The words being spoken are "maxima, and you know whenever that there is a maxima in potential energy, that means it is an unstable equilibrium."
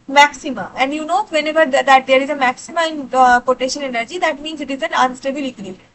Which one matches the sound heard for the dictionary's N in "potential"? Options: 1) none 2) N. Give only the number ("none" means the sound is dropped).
1